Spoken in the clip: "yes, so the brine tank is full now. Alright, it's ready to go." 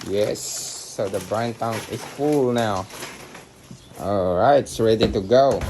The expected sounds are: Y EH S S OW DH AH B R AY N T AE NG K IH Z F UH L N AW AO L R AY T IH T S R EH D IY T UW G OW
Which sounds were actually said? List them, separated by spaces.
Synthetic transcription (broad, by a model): Y EH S S OW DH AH B R AY N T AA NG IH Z F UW L N AW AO L R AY IH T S R EH D IY T UW G OW